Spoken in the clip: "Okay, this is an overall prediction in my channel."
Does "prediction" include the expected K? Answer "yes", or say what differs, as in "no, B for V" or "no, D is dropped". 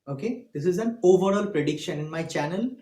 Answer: yes